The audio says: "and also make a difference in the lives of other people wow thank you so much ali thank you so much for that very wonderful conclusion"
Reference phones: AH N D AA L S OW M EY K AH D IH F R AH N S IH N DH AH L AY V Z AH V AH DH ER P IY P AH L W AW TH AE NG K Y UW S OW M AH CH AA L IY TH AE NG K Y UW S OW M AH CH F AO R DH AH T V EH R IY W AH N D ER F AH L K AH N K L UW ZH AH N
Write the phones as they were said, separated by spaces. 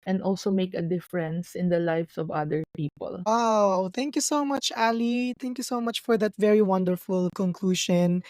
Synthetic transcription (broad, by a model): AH N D AA L S OW M EY K AH D IH F R AH N S IH N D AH L AY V S AH V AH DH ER P IY P AH L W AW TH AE NG K Y UW S OW M AH CH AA L IY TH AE NG K Y UW S OW M AH CH F AO R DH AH T V EH R IY W AH N D ER F AH L K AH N K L UW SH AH N